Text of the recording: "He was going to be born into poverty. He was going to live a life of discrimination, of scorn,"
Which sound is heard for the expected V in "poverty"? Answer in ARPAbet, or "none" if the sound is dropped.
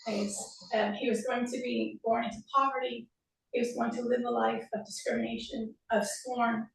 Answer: V